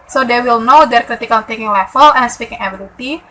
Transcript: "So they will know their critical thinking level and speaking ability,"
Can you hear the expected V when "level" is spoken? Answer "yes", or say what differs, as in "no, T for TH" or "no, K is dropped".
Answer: no, F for V